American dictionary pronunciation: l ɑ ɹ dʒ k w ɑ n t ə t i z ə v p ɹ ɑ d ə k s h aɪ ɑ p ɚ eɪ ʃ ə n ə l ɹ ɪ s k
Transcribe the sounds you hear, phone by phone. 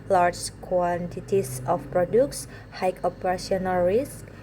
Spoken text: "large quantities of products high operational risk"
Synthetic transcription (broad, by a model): l ɑ ɹ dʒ k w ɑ n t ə t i s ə f p ɹ ɑ d ə k s h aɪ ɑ p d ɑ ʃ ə n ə l ɹ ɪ s k